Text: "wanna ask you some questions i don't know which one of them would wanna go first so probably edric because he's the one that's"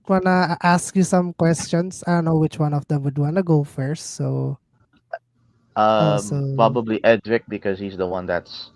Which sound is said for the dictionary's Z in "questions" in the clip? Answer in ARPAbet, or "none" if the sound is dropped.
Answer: S